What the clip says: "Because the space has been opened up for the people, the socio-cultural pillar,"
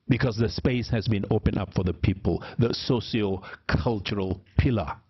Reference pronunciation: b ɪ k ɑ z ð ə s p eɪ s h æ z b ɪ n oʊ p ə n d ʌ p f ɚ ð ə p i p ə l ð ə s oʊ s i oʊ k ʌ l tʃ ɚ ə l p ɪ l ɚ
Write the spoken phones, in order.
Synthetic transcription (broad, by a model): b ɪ k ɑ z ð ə s p eɪ s h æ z b ɪ n oʊ p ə n ʌ p f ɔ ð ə p i p ə l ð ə s oʊ s i oʊ k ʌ l tʃ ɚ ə l p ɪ l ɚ